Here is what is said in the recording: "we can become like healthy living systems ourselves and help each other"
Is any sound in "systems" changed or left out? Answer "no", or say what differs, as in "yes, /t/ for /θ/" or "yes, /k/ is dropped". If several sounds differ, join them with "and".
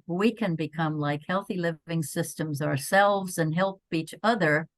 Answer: no